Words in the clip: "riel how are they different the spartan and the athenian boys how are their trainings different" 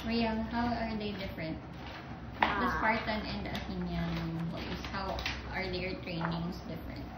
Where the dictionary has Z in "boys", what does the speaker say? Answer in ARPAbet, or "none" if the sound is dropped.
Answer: S